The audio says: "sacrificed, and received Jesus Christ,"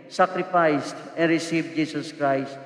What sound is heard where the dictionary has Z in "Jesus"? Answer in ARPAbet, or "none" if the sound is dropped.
S